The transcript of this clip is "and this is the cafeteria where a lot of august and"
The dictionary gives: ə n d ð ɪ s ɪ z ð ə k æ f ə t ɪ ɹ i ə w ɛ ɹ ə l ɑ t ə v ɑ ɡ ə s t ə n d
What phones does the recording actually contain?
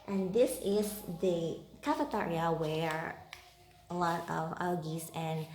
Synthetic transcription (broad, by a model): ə n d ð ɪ s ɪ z ð ə k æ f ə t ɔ ɹ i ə w ɛ ɹ ə l ɑ t ə v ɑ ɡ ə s ə n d